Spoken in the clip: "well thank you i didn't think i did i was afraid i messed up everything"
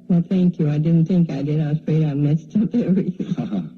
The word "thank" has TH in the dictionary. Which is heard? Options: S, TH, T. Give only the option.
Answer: TH